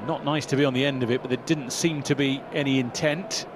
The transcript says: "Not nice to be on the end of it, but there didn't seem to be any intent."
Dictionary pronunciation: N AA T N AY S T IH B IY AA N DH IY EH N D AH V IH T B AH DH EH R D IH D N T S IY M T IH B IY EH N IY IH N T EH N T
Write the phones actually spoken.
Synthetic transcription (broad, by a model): N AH T N AY S T IH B IY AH N DH IY EH N D AH V IH T B AH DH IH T D IH D N T S IY M T IH B IY EH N IY IH N T EH N T